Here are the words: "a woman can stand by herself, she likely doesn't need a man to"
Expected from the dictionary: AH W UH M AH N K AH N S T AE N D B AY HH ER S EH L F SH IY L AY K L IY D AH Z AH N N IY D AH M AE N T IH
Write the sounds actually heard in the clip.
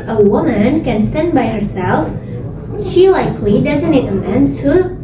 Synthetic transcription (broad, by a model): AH W UH M AH N K AH N S T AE N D B AY HH ER S EH L F SH IY L AY K L IY D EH Z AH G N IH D AH M AE N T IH